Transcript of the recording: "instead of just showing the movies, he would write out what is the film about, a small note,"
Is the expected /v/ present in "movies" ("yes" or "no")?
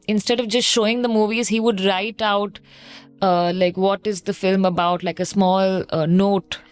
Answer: yes